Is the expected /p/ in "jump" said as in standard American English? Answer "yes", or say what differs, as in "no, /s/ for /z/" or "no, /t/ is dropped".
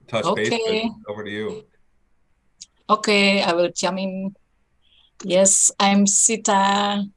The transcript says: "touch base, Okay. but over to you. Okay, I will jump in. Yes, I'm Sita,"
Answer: no, /p/ is dropped